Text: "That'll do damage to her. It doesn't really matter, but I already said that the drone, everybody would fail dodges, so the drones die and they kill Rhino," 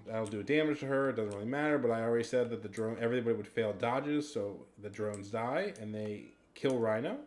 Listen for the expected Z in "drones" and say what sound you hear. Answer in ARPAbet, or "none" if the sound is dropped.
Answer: Z